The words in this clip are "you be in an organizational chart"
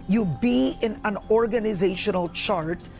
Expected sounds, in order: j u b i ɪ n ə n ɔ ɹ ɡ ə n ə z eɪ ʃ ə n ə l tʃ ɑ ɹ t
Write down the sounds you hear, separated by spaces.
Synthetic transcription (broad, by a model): j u b i ɪ n ə n ɔ ɹ ɡ ə n ə z eɪ ʃ ə n ə l tʃ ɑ ɹ t